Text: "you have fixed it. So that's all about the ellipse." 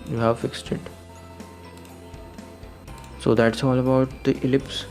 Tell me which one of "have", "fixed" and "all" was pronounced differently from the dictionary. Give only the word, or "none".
none